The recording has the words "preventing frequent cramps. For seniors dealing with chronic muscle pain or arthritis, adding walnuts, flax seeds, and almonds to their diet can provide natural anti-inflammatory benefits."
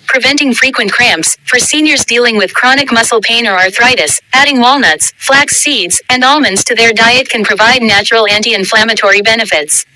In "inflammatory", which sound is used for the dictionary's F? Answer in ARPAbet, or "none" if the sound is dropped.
F